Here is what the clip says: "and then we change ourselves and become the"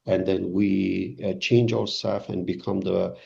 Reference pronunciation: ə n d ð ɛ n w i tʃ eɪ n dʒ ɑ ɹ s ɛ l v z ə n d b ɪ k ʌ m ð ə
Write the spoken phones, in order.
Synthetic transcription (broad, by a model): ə n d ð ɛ n w i tʃ eɪ n dʒ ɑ ɹ s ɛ l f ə n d b ɪ k ʌ m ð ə